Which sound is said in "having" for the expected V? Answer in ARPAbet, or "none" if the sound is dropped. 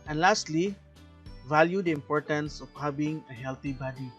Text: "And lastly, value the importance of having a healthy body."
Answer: B